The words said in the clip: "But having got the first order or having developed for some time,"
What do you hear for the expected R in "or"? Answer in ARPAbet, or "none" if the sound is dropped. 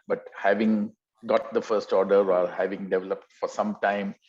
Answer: L